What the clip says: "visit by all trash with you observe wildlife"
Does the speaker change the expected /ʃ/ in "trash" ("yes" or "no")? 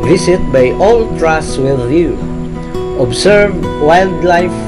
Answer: yes